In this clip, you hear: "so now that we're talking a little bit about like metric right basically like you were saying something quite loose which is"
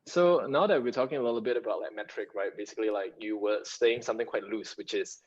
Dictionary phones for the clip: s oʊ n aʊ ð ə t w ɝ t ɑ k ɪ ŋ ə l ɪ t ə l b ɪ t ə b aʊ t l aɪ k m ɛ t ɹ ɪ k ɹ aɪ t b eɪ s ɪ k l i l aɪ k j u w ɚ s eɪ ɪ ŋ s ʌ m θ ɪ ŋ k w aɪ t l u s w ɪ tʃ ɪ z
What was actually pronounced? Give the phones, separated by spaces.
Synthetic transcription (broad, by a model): s oʊ n aʊ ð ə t w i t ɑ k ɪ ŋ ə l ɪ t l b ɪ t ə b aʊ t l aɪ k m ɛ t ɹ ɪ k ɹ aɪ t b eɪ s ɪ k l i l aɪ k j u w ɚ s eɪ ɪ ŋ s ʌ m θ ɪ ŋ k w aɪ t l u s w ɪ tʃ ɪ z